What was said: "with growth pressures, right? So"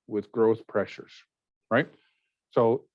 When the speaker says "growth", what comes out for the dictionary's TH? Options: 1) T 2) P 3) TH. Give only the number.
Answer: 3